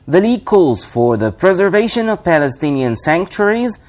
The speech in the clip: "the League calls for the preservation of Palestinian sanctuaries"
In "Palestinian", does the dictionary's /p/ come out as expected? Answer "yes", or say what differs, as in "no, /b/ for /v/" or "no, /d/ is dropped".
yes